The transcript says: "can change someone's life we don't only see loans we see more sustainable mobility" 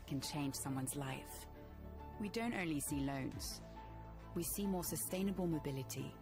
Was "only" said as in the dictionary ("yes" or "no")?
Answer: yes